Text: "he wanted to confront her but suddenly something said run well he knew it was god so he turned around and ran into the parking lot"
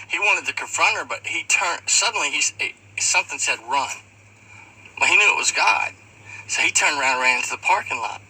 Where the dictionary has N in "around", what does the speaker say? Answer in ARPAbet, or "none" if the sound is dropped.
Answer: none